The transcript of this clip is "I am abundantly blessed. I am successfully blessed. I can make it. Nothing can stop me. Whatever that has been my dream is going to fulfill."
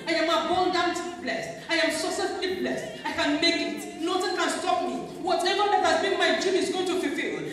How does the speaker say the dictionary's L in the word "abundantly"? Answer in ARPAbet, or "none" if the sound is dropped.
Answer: none